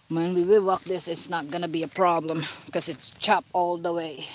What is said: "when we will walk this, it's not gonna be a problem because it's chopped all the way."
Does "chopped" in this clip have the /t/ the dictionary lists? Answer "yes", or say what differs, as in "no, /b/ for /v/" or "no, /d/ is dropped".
no, /t/ is dropped